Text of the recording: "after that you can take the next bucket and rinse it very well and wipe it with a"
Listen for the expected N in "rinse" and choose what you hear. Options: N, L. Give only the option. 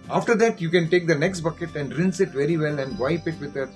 N